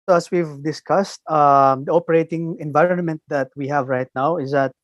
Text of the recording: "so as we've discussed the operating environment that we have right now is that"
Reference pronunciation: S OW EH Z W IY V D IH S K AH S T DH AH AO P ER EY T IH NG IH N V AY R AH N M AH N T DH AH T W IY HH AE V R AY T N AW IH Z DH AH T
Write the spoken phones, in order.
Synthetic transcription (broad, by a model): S OW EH S W IY V D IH S K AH S T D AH AO P ER EY T IH NG IH N V AY R AH N M AH N T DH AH T W IY HH AE V R AY T N AW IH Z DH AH T